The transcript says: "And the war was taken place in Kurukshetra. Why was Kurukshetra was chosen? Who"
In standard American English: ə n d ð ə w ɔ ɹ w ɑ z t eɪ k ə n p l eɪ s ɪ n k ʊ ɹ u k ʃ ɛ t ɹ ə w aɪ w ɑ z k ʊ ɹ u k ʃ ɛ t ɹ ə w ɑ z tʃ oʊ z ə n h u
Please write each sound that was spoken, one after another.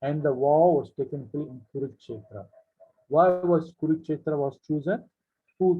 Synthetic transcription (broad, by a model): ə n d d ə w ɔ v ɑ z t eɪ k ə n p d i ɪ n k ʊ ɹ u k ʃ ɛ t ɹ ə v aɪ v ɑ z k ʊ ɹ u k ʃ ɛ t ɹ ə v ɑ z tʃ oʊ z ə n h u